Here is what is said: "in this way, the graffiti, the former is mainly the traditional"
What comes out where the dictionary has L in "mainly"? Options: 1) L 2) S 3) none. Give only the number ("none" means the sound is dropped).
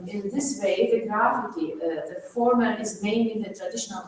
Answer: 3